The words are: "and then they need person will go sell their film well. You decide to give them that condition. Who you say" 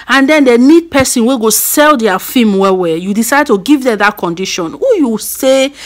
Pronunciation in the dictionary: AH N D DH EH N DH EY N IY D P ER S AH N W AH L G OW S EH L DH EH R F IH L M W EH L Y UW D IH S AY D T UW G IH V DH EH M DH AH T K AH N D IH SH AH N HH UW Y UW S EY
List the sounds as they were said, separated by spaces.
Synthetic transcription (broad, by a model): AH N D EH N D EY N IY D P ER S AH N W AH G OW S EH L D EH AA F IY M W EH W Y UW D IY S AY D T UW G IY V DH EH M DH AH T K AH N D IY SH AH N HH UW Y UW S EY